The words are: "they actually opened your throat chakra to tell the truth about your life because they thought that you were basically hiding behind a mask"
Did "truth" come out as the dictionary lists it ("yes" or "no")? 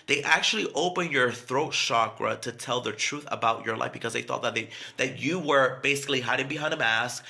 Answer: yes